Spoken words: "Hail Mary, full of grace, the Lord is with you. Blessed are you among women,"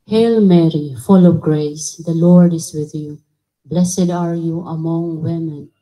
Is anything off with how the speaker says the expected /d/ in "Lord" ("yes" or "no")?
no